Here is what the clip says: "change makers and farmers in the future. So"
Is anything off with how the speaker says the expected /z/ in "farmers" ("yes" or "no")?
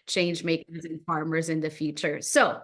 no